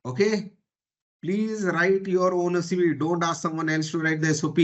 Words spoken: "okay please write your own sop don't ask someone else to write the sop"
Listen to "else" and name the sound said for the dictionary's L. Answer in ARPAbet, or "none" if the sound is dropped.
N